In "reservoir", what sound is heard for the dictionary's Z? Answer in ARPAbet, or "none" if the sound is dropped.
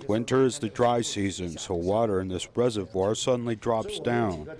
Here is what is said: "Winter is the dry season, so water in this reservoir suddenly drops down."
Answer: Z